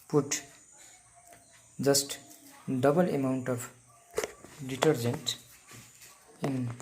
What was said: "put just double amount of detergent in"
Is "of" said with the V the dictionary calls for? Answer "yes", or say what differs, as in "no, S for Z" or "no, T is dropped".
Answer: no, P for V